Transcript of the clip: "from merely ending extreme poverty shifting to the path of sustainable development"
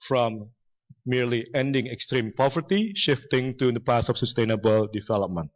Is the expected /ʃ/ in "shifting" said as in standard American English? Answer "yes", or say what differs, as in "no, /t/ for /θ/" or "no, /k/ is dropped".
yes